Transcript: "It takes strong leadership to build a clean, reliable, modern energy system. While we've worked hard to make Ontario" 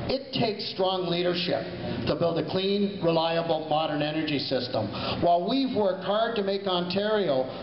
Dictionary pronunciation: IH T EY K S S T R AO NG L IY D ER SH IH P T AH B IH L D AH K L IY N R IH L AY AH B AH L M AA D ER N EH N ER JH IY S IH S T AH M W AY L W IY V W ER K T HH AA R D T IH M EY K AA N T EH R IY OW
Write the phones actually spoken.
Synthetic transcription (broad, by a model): IH T EY K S S T R AO NG L IY D ER SH IH P T AH B IH L D AH K L IY N R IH L AY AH B L M AA D ER N EH N ER JH IY S IH S T AH M W AY L W IY V W ER K T HH AA R D T IH M EY K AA N T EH R IY OW